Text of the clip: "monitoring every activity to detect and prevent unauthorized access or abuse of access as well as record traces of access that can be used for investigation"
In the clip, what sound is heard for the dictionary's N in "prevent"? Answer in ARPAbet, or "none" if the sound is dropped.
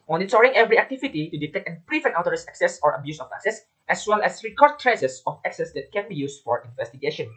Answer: none